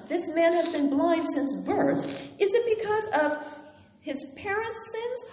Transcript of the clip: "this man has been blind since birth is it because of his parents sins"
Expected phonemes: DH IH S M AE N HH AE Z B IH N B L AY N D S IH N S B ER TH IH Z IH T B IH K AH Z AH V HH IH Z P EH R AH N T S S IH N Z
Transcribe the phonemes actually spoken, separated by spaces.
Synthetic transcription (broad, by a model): DH IH S M AE N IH Z B IH N B L AY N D S IH N S B ER TH IH Z IH T B IH K AH Z AH V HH IH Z P EH R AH N T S S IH N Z